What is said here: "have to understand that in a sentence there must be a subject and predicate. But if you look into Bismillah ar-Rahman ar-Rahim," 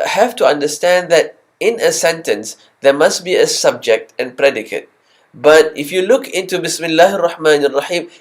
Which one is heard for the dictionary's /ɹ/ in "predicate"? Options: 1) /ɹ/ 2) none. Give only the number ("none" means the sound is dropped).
1